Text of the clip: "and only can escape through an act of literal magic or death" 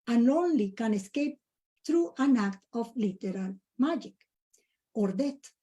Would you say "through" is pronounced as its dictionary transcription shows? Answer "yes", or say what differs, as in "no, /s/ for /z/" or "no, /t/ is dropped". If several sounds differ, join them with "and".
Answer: no, /t/ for /θ/